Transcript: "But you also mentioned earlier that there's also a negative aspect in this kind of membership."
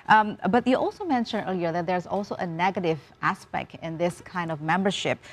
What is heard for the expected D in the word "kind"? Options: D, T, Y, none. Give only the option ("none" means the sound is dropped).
D